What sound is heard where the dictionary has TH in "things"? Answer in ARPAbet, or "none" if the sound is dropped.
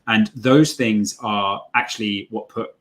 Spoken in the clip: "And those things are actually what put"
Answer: TH